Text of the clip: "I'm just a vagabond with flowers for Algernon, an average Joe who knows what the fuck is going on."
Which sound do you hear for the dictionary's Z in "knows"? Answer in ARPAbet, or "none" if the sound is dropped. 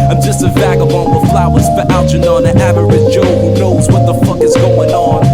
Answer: Z